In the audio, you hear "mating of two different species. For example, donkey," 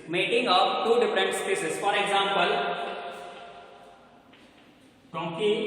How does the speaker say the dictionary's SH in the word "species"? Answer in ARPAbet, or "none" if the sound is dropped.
S